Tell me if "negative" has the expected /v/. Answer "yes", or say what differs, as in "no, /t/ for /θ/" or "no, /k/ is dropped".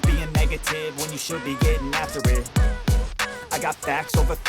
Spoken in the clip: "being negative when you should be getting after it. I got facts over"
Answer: yes